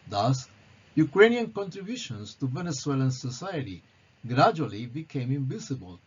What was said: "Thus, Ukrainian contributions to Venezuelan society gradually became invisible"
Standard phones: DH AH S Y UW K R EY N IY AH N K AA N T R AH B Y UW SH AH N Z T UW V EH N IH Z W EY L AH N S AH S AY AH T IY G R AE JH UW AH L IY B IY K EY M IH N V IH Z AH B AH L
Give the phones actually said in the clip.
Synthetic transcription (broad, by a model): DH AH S Y UW K R EY N IY AH N K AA N T R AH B Y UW SH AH N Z T UW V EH N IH S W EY L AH N S AH S AY AH T IY G R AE JH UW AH L IY B IY K EY M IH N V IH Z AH B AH L